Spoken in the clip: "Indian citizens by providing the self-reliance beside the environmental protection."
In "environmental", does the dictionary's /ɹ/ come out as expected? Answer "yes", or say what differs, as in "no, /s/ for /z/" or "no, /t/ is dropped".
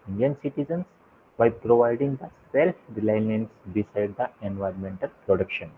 yes